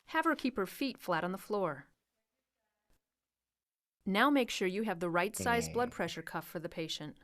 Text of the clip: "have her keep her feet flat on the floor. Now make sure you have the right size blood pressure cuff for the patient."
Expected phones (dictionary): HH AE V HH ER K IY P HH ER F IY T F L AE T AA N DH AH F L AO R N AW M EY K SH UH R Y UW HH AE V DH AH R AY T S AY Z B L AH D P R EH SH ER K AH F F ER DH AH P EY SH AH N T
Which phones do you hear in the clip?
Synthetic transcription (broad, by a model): HH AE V ER K IY P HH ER F IY T F L AE T N DH AH F L AO R N AW M EY K SH UH R Y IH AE V DH AH R AY T S AY Z B L AH D P R EH SH ER K AH F F ER DH AH P EY SH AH N T